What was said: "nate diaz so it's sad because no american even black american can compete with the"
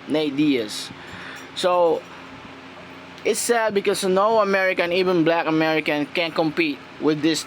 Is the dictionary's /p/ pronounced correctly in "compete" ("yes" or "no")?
yes